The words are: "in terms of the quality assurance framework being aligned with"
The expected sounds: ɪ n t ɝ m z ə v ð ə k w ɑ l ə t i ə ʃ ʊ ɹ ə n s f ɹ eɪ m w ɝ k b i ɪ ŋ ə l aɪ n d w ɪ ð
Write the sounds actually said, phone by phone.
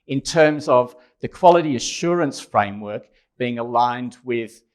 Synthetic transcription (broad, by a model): ɪ n t ɝ m z ə v ð ə k w ɑ l ə t i ə ʃ ʊ ɹ ə n s f ɹ eɪ m w ɝ k b i ɪ ŋ ə l aɪ n d w ɪ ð